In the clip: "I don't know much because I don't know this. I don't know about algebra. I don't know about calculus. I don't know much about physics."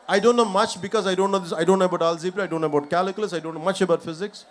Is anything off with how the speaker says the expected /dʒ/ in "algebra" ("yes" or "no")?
yes